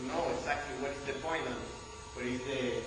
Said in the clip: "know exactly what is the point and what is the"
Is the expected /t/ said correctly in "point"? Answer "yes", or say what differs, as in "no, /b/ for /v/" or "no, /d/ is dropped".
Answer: no, /t/ is dropped